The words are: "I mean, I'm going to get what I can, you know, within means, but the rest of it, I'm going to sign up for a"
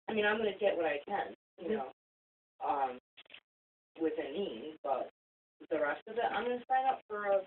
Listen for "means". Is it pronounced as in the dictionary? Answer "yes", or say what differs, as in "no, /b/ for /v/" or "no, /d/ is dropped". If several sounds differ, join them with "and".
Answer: no, /z/ is dropped